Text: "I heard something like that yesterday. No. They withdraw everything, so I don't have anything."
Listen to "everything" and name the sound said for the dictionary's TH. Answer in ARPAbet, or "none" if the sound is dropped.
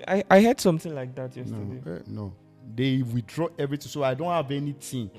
T